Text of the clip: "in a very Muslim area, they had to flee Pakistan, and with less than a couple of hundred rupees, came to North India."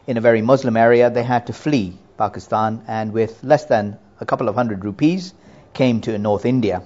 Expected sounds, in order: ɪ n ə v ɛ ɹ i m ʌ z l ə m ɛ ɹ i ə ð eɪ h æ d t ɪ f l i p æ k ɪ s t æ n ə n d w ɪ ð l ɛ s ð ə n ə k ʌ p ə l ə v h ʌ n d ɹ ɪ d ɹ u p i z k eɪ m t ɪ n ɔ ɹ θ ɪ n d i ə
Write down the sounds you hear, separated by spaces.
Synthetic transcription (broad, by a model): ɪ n ə v ɛ ɹ i m ʌ z l ə m ɛ ɹ i ə ð eɪ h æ d t ɪ f l i p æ k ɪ s t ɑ n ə n w ɪ ð l ɛ s ð ə n ə k ʌ p l ə v h ʌ n d ɹ ɪ d ɹ u p i z k eɪ m t ɪ n ɔ ɹ θ ɪ n d i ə